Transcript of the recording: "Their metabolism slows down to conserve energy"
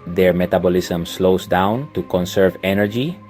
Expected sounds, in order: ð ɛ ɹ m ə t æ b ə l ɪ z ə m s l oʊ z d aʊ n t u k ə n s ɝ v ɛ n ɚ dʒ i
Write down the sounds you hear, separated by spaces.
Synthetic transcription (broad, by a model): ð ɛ ɹ m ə t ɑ b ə l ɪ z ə m s l oʊ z d aʊ n t u k ə n s ɝ v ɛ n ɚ dʒ i